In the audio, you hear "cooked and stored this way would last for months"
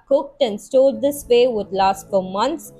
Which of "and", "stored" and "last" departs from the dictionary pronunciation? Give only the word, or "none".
stored